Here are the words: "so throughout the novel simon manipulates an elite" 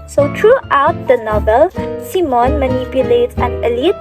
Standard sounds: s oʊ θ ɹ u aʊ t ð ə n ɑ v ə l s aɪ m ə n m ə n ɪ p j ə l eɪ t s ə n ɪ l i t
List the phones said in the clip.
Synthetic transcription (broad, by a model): s oʊ t ɹ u aʊ t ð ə n ɑ v ə l s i m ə n m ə n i p j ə l eɪ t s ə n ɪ l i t